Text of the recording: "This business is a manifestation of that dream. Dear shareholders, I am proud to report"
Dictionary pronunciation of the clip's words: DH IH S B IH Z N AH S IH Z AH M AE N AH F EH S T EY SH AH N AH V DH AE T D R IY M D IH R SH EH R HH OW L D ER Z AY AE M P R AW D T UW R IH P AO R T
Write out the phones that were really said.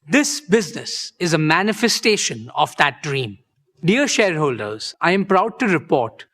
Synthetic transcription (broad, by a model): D IH S B IH Z N AH S IH Z AH M AE N AH F EH S T EY SH AH N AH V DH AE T D R IY M D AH R SH EH R HH OW L D ER Z AY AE M P R AW D T UW R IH P AO R T